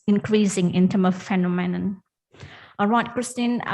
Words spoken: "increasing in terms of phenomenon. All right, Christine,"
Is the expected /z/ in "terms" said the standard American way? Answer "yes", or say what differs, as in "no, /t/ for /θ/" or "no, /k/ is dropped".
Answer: no, /z/ is dropped